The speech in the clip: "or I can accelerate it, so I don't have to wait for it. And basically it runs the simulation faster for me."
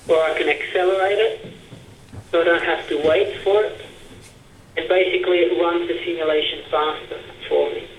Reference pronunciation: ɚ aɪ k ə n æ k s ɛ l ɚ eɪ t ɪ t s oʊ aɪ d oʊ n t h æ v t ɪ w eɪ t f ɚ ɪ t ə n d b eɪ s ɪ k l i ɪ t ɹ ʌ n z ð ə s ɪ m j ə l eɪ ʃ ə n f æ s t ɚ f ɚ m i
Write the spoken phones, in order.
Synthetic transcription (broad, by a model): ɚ aɪ k ə n æ k s ɛ l ɚ eɪ t ɪ t s oʊ aɪ d oʊ n t h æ f t ɪ w eɪ t f ɚ ɪ t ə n b eɪ s ɪ k l i ɪ t ɹ ʌ n z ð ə s ɪ m j ə l eɪ ʃ ə n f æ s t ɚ f ɚ m i